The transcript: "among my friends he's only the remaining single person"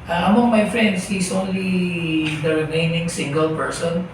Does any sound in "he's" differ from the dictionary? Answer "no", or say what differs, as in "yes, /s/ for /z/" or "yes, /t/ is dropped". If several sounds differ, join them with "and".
yes, /s/ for /z/